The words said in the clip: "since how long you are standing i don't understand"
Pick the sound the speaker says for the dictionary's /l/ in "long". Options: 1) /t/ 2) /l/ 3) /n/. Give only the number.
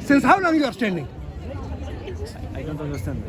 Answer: 3